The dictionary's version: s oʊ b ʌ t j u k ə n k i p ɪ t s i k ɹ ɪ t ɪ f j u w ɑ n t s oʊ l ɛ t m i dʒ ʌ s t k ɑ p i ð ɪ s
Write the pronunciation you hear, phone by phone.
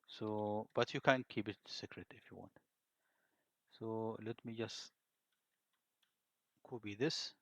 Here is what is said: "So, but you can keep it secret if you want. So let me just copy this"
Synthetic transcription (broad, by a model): s oʊ b ʌ t j u k ə n k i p ɪ t s i k ɹ ɪ t ɪ f j u w ɑ n t s oʊ l ɛ t m i dʒ ʌ s t k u b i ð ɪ s